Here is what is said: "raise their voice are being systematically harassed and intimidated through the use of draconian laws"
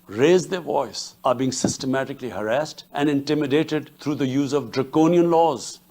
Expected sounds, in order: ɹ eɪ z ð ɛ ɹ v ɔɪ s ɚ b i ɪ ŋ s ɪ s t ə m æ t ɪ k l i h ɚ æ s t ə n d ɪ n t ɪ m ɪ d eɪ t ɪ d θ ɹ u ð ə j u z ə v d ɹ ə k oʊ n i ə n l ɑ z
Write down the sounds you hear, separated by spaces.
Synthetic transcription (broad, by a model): ɹ eɪ z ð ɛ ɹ v ɔɪ s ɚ b i ɪ ŋ s ɪ s t ə m æ t ɪ k l i h ɚ æ s t ə n d ɪ n t ɪ m ɪ d eɪ t ɪ d t ɹ u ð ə j u z ə v d ɹ ə k oʊ n i ə n l ɑ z